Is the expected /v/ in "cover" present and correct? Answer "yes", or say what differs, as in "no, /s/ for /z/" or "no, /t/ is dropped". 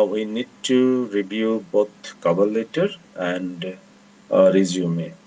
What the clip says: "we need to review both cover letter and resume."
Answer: no, /b/ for /v/